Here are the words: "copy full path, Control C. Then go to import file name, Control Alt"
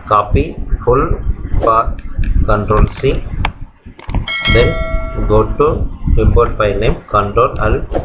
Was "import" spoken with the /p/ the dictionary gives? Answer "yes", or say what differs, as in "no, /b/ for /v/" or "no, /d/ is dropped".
no, /b/ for /p/